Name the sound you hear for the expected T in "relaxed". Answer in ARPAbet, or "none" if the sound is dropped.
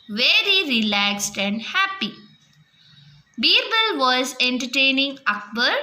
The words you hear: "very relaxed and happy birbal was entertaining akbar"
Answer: T